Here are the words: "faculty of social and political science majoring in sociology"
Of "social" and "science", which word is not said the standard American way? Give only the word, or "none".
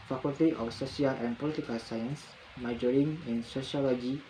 social